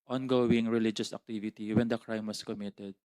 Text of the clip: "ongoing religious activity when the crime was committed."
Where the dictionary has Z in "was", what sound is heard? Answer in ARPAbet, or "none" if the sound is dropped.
S